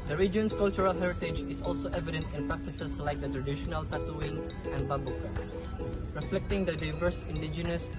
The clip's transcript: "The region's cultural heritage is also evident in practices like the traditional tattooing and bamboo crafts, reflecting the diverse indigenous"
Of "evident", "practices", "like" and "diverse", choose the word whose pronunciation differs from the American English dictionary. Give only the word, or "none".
practices